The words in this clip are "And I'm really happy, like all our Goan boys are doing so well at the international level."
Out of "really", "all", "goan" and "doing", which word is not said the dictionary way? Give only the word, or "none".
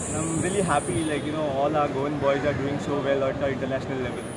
none